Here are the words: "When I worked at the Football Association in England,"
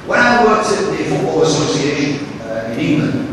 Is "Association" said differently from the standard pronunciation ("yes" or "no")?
yes